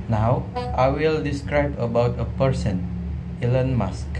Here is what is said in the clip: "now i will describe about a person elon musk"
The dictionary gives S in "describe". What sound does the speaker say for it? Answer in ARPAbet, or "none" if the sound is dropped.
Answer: S